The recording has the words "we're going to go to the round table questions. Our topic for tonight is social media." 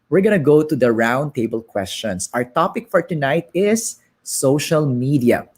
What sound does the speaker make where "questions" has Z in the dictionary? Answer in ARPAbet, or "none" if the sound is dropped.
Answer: S